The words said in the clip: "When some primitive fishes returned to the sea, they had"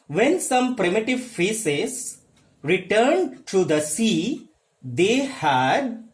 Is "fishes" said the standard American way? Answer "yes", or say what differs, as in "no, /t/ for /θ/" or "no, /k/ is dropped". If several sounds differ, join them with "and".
no, /s/ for /ʃ/